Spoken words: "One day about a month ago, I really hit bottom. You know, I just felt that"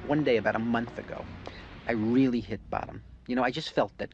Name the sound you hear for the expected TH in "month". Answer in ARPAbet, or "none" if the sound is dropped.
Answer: TH